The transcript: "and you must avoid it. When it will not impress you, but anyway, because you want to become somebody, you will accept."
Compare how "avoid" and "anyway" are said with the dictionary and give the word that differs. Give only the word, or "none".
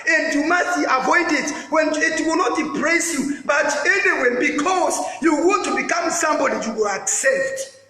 none